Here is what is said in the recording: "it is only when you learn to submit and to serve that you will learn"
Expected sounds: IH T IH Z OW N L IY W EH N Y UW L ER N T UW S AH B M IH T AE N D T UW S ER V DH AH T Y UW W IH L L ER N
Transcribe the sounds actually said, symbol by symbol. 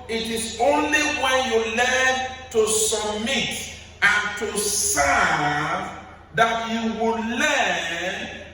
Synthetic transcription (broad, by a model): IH T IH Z OW N L IY W EH N Y UW L ER N T UW S AH B M IH T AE N T UW S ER V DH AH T Y UW W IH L L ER N